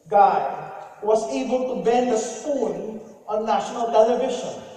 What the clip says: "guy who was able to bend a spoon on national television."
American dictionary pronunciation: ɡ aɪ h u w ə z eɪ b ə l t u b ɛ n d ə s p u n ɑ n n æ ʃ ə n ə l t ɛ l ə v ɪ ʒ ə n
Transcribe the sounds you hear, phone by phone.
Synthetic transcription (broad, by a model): ɡ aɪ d w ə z eɪ b ə l t u b ɛ n d ə s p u l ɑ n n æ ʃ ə n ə l t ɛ l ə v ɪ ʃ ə n